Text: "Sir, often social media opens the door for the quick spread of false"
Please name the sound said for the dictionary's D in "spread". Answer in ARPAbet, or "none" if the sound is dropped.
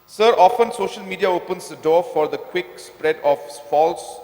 D